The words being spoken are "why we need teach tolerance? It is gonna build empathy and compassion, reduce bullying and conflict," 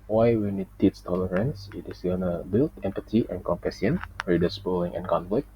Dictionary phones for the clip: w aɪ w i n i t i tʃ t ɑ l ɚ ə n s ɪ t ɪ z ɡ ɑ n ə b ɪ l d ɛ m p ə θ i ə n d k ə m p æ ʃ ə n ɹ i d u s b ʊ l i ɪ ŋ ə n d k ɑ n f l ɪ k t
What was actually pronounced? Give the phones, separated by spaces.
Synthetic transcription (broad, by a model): w aɪ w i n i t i s t ɑ l ɚ ə n s ɪ t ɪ s ɡ ɑ n ə b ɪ l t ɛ m p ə t i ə n k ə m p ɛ s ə n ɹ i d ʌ s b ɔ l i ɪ ŋ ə n k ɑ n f l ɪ k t